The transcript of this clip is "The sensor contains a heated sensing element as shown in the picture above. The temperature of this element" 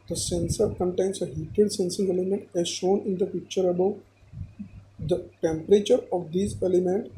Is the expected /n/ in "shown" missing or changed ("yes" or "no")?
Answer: no